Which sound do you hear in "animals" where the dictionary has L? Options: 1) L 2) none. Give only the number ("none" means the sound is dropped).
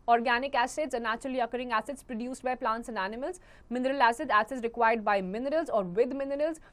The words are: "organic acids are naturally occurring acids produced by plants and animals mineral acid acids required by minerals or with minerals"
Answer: 1